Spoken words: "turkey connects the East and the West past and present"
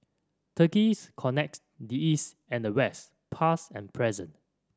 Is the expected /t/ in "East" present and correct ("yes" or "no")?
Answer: yes